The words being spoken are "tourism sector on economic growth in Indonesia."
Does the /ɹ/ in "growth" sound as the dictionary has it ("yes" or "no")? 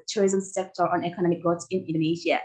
no